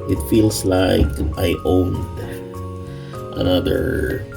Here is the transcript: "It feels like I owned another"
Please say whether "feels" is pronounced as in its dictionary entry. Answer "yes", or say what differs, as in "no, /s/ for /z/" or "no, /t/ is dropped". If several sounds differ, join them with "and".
no, /s/ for /z/